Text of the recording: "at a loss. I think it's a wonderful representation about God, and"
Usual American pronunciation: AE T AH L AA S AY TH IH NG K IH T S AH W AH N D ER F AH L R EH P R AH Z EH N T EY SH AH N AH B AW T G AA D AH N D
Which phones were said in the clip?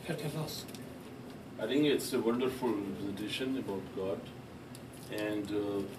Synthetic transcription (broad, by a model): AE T AH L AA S AY T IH NG K IH T S AH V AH N D ER F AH L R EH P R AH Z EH T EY SH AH N AH B AW T G AA D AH N D